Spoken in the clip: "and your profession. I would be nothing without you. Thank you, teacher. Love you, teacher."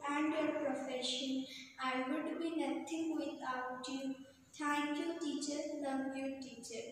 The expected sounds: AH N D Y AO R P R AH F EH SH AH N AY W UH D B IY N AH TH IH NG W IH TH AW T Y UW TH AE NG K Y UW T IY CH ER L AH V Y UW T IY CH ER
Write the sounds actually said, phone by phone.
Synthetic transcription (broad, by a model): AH N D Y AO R P R AH F EH SH AH N AY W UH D B IY N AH T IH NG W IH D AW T Y UW T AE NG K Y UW T IY CH ER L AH P Y UW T IY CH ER